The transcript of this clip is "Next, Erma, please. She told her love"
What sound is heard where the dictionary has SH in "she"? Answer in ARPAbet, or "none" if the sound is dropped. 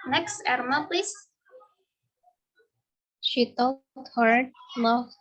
SH